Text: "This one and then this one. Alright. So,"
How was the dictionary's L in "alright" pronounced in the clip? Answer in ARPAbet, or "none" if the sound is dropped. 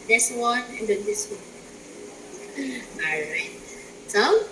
none